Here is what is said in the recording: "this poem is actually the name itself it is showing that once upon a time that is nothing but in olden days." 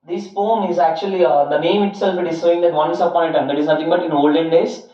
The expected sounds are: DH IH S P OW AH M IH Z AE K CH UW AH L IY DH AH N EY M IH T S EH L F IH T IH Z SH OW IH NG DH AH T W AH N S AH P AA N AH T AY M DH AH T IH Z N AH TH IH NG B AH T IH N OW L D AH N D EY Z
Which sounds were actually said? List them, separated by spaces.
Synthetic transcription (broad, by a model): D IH S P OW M IH Z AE K CH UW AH L IY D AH N EY M IH T S EH L F IH T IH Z S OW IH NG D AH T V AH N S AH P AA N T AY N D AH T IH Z N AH T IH NG B AH T IH N OW L D AH N D EY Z